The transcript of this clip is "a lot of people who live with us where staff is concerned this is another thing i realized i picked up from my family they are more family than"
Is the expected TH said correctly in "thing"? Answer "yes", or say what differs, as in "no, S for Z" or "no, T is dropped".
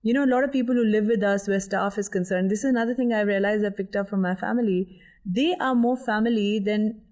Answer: no, T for TH